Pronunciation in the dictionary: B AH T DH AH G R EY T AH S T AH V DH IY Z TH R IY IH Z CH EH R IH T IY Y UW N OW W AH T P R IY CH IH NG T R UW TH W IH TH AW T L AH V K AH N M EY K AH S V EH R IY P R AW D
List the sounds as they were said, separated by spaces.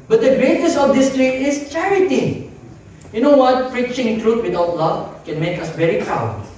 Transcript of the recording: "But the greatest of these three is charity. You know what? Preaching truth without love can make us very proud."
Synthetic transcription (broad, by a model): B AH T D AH G R EY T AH S AH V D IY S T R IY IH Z CH EH R IH T IY Y UW N OW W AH T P R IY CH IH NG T R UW T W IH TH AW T L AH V K AH N M EY K AH S V EH R IY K AW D